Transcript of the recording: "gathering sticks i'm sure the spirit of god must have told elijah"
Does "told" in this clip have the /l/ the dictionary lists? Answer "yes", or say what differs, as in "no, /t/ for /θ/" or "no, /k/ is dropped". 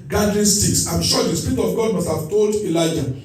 yes